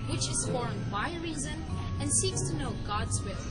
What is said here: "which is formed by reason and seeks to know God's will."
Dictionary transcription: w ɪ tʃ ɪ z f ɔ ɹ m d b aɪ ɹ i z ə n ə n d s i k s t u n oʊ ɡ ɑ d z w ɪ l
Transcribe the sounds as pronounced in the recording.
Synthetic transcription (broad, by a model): w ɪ tʃ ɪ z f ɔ ɹ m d b aɪ ɹ i z ə n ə n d s i k s t u n oʊ ɡ ɑ d z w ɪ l